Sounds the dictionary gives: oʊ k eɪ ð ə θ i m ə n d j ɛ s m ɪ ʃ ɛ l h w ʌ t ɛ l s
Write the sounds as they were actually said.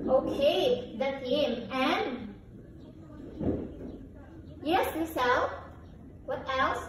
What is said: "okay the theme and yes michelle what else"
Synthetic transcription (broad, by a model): oʊ k eɪ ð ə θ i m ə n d j ɛ s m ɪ s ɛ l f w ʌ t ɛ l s